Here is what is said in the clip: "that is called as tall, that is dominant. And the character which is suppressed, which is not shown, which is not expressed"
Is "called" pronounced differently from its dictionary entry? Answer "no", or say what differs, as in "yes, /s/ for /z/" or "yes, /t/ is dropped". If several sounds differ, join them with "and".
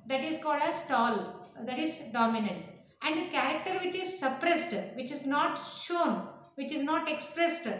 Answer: no